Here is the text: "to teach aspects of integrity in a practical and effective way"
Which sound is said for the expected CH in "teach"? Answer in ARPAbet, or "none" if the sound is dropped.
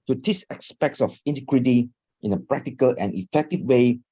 S